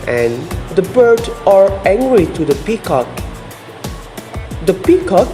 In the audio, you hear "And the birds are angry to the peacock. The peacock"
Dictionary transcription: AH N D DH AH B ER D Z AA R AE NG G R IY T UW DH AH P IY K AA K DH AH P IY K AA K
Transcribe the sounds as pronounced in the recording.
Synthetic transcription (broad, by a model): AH N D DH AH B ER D AA R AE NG G R IY T UW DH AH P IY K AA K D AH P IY K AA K